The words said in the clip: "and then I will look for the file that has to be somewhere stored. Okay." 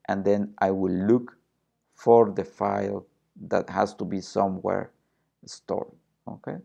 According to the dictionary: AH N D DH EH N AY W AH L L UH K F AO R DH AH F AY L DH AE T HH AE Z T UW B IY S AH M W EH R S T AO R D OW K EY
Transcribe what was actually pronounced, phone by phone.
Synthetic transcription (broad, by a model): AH N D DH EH N AY W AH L L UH K F AO R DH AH F AY L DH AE T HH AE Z T UW B IY S AH M W EH R S T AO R OW K EY